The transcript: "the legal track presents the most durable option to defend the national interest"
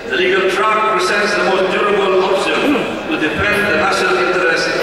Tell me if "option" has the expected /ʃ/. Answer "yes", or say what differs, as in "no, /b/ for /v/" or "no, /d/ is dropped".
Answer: no, /s/ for /ʃ/